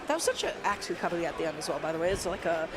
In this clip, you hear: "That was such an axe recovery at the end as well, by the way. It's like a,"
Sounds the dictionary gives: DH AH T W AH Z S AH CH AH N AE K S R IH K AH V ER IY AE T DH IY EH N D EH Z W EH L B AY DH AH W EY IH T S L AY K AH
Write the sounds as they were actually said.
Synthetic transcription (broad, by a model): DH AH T W AH Z S AH CH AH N AE K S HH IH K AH B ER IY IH T DH IY EH N D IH Z W EH L B AY DH AH W EY IH T S L AY K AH